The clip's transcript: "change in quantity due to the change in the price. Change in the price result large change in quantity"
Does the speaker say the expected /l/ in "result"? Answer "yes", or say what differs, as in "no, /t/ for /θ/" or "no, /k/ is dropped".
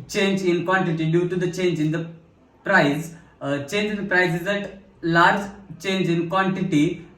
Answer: no, /l/ is dropped